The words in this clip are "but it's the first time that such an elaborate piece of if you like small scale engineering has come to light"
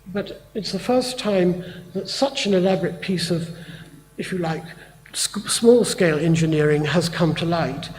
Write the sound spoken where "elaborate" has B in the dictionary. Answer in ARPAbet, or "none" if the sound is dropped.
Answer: B